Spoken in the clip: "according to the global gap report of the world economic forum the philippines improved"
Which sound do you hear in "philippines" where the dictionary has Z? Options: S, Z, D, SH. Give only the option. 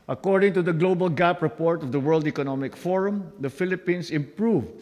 S